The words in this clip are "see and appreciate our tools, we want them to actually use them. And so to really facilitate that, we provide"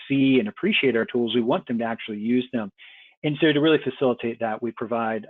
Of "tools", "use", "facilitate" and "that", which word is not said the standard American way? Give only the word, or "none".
none